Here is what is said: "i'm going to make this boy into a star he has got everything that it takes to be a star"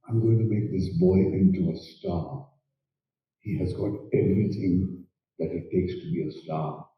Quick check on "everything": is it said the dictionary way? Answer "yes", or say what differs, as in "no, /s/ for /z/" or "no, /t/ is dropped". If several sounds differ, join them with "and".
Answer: no, /s/ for /θ/